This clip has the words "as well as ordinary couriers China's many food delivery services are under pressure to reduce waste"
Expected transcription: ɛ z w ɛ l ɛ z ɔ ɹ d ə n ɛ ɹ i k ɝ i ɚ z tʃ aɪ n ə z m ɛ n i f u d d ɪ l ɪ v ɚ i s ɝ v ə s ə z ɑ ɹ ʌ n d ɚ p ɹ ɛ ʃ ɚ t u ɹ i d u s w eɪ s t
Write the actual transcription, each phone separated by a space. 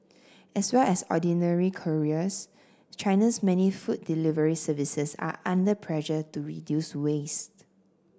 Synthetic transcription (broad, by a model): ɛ s w ɛ l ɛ s ɔ d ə n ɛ ɹ i k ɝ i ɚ s tʃ aɪ n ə s m ɛ n i f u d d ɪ l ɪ v ɚ i s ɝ v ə s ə s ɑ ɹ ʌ n d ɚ p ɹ ɛ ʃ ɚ t u ɹ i d u s w eɪ s t